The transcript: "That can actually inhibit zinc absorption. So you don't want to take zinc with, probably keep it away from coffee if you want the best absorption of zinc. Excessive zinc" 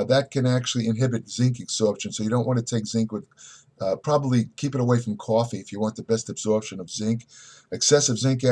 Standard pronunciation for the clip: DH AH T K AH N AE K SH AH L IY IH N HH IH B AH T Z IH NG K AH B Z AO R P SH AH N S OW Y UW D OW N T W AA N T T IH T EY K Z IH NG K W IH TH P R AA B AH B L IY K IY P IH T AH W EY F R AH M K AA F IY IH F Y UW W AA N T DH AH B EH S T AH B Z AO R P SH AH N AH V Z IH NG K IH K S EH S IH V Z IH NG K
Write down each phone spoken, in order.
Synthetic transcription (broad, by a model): DH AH T K AH N AE K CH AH L IY IH N HH IH B AH T Z IH NG K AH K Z AO R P SH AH N S OW Y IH D OW N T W AA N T T IH T EY K Z IH NG K W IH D P R AA B AH B L IY K IY P IH T AH W EY F R AH M K AA F IY IH F Y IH W AA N DH AH B EH S T AH B Z AO R P SH AH N AH V Z IH NG K IH K S EH S IH V Z IH NG K